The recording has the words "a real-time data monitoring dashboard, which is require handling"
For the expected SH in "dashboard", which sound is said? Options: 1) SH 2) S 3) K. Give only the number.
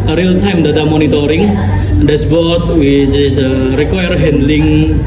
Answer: 2